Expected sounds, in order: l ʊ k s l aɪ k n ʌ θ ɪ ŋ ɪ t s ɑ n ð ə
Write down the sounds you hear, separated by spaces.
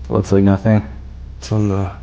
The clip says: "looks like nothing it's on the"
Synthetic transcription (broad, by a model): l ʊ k s l aɪ k n ʌ θ ɪ ŋ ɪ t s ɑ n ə